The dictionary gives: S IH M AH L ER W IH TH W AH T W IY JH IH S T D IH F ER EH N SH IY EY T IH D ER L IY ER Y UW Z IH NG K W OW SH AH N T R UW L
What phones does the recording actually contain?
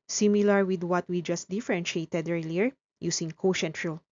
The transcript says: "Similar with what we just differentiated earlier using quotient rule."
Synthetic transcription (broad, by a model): S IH M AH L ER W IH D W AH T W IY JH IH S T D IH F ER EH N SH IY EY T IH D ER L IY ER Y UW S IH NG K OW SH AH N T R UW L